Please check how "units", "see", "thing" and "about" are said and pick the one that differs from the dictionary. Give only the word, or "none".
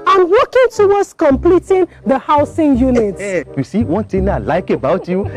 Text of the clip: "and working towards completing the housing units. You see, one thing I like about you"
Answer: thing